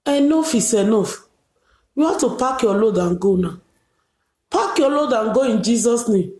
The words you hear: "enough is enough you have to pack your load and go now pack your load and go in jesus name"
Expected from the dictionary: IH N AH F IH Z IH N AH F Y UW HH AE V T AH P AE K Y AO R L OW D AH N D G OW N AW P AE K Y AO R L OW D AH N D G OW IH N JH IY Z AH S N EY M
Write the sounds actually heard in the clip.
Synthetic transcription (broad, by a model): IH N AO F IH S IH N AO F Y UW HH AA F T AH P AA K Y AO L OW D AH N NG G OW N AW P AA K Y AO L OW D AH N G OW IH N JH IY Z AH S N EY M